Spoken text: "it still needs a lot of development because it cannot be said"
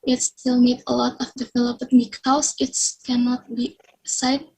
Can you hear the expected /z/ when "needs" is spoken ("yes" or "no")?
no